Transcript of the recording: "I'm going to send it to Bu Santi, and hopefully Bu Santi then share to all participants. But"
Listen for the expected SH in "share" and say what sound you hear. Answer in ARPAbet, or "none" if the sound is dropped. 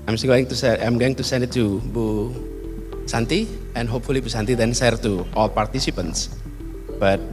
S